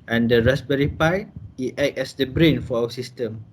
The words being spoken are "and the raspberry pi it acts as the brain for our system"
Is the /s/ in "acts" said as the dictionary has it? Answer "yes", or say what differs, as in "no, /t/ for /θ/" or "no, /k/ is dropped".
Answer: no, /s/ is dropped